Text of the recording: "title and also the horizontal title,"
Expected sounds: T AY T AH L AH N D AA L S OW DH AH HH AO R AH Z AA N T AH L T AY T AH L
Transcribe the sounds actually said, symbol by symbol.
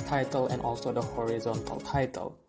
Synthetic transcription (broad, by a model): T AY T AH L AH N AA L S OW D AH HH AO R AH Z AA N T AH L T AY T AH L